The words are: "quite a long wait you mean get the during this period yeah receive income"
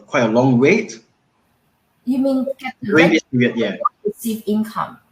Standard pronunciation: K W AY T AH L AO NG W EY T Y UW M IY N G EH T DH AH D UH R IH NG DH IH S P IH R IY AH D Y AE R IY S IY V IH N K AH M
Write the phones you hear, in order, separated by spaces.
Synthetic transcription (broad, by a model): K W AY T AH L AO NG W EY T Y UW M IY N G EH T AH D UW IH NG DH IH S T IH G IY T Y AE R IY S IY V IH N K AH M